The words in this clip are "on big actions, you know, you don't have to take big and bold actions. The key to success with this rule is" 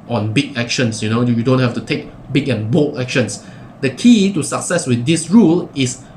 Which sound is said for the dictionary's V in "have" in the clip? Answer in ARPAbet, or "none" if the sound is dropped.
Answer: F